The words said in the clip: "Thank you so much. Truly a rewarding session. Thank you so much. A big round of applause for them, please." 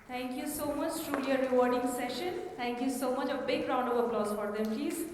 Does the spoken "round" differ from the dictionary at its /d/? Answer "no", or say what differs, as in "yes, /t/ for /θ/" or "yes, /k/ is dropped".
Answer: no